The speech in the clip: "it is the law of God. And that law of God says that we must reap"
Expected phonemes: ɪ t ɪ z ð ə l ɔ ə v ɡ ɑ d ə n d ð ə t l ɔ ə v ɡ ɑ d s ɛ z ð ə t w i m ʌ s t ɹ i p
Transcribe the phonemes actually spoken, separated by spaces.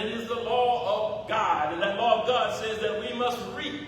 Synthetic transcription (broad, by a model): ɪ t ɪ z ð ə l ɔ ə v ɡ ɑ d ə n ð ə t l ɔ ə v ɡ ɑ d s ɛ z ð ə t w i m ʌ s t ɹ i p